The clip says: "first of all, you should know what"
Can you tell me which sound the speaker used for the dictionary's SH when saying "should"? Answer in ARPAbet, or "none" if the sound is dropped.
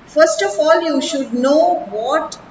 SH